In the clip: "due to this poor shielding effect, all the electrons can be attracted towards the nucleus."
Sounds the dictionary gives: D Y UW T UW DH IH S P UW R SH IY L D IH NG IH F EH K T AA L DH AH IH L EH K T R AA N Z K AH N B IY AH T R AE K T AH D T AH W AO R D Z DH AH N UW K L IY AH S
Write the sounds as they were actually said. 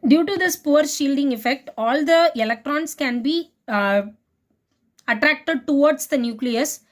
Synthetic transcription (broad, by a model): D Y UW T UW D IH S P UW R SH IY L D IH NG IH F EH K T AA L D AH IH L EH K T R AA N S K AH N B IY AH T R AE K T AH D T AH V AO R D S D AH N UW K L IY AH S